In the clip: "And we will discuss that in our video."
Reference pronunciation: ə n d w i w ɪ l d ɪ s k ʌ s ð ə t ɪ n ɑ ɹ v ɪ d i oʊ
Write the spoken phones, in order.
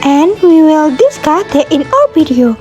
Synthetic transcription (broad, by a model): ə n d w i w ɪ l d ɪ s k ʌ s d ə t ɪ n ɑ l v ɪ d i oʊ